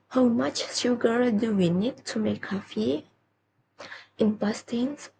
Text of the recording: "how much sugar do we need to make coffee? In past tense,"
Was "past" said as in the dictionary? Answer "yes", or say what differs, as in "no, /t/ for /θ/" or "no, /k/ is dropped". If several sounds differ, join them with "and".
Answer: no, /b/ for /p/